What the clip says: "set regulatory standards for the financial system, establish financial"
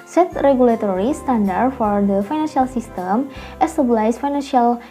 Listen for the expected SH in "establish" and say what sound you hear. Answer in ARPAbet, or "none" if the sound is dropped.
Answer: S